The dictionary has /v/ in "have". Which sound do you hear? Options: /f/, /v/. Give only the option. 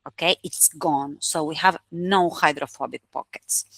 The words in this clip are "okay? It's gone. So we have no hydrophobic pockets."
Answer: /v/